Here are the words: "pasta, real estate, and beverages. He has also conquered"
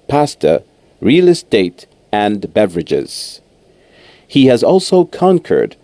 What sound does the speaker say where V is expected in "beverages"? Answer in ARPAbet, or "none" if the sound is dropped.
V